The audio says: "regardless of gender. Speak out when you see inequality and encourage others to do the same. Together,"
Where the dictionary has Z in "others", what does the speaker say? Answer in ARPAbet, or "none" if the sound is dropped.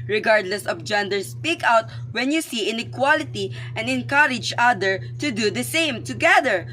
none